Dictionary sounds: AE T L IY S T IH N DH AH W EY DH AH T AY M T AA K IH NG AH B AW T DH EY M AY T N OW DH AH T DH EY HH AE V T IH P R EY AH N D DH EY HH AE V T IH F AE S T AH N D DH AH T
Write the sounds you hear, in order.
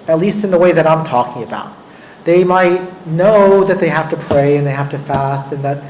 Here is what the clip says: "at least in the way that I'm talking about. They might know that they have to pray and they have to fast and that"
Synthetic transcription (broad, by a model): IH T L IY S T IH N DH AH W EY DH AH T AY M T AA K IH NG AH B AW T DH EY M AY T N OW DH AH T DH EY HH AE F T IH P R EY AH N DH EY HH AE F T IH F AE S T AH N DH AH T